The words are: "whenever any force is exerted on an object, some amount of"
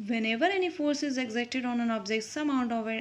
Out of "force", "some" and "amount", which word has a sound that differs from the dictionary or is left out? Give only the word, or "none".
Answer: amount